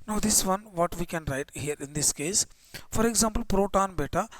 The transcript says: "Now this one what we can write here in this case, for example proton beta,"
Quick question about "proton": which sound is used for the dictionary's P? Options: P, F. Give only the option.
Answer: P